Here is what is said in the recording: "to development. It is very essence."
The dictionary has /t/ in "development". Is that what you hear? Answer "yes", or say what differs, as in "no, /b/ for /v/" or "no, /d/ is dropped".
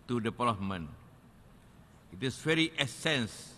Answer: no, /t/ is dropped